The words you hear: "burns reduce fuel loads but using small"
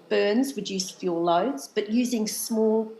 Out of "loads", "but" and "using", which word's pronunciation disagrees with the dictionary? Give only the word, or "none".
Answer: none